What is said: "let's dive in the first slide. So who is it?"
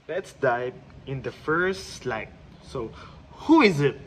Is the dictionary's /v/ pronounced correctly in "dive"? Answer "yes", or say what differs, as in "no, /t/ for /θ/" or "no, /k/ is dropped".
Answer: no, /p/ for /v/